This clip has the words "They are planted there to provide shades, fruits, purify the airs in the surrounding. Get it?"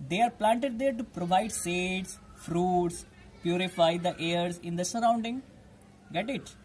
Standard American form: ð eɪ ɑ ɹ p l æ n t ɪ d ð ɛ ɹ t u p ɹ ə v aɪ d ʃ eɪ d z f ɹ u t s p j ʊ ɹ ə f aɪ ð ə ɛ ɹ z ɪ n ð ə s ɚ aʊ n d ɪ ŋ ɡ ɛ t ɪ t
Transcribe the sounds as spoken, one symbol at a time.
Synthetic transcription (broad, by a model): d eɪ ɑ ɹ p l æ n t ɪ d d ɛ ɹ t u p ɹ ə v aɪ d s eɪ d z f ɹ u t s p j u ɹ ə f aɪ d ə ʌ ɹ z ɪ n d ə s ɚ aʊ n d ɪ ŋ ɡ ɛ t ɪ t